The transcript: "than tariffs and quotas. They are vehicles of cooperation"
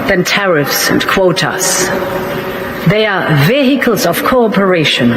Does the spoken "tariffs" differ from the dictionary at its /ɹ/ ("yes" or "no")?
no